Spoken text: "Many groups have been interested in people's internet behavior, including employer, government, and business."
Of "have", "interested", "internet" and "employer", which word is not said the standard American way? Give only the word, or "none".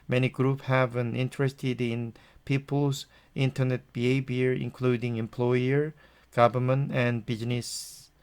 none